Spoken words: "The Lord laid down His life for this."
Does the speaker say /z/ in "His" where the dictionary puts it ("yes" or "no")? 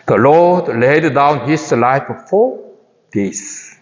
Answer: no